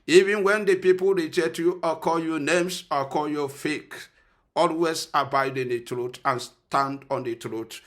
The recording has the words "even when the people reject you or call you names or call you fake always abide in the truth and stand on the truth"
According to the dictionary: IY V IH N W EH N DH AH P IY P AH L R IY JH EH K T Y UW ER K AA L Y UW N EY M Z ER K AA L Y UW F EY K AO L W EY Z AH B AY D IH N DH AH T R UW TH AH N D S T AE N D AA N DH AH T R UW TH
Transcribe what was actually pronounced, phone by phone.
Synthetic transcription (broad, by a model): IY V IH N W EH N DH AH P IY P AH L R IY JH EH T Y UW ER K AA L Y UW N EY M S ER K AA L Y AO F EY K AO L W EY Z AH B AY D IH N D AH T R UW T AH N S T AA N D AA N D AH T R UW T